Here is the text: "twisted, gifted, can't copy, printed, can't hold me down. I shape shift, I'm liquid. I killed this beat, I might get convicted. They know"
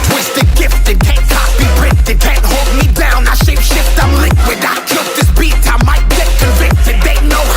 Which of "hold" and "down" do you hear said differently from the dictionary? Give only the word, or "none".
none